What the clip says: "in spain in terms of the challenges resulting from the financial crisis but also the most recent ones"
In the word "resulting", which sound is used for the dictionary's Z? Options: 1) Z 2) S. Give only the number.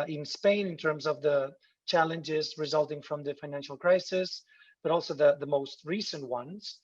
1